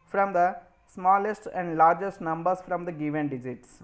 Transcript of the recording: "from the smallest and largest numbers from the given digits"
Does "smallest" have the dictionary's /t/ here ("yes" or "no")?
yes